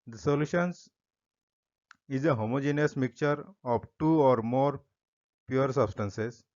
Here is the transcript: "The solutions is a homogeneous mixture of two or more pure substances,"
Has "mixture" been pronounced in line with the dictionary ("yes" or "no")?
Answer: no